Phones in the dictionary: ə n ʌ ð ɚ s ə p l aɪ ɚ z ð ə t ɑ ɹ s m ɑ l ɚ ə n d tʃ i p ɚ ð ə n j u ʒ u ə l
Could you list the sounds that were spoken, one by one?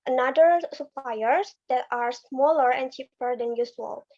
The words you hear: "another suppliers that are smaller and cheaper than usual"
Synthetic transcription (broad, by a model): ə n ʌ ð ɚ s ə p l aɪ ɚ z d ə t ɑ ɹ s m ɑ l ɚ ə n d tʃ i p ɚ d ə n j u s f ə l